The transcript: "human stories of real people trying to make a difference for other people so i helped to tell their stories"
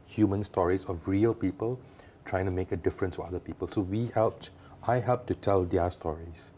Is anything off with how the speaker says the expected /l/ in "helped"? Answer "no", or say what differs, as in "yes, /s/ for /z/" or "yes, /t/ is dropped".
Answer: no